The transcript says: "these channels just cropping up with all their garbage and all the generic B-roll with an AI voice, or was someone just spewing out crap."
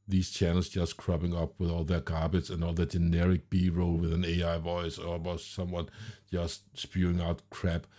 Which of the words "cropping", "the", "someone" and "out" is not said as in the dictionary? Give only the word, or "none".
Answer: cropping